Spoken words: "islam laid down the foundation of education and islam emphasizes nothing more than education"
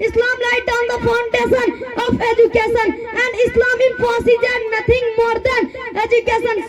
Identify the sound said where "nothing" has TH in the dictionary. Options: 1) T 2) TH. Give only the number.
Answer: 1